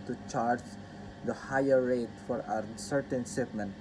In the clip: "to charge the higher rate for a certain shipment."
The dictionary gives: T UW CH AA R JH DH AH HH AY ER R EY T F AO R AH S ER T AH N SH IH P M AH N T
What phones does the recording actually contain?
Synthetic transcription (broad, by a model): T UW CH AA R JH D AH HH AY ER R EY T F AO R AH S ER T AH N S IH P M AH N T